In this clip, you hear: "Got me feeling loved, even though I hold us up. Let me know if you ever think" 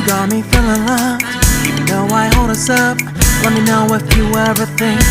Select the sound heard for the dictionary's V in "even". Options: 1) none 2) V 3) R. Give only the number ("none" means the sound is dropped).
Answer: 1